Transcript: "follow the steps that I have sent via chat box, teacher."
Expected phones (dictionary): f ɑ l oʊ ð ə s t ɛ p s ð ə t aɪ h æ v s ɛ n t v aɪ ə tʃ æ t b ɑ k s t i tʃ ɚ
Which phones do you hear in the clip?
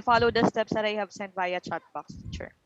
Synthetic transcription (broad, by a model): f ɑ l oʊ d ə s t ɛ p s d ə t aɪ h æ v s ɛ n t b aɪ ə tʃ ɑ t b ɑ k s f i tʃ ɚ